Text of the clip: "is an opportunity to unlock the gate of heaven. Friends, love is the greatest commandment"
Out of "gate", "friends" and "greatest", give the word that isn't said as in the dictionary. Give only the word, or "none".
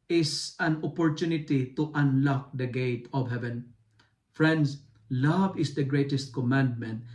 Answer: friends